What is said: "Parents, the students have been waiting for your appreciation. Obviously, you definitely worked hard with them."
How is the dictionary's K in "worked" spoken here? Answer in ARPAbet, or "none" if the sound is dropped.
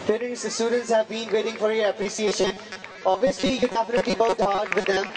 none